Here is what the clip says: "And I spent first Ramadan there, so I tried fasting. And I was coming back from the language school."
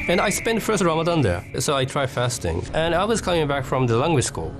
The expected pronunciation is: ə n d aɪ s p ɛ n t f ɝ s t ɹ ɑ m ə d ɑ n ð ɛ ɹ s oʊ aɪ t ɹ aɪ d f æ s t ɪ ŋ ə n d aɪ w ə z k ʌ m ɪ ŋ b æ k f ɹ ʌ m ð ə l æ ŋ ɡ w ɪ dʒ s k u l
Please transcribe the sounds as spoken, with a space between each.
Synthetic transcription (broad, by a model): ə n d aɪ s p ɛ n t f ɝ s t ɹ ɑ m ə d ɑ n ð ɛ ɹ s oʊ aɪ t ɹ aɪ d f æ s t ɪ ŋ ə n aɪ w ə z k ʌ m ɪ ŋ b æ k f ɹ ʌ m ð ə l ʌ ŋ ɡ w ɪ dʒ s k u l